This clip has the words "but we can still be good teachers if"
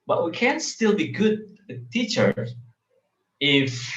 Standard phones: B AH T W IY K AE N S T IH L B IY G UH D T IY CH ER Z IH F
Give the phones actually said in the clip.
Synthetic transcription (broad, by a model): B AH T W IY K AE N S T IH L B IY G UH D T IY CH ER IH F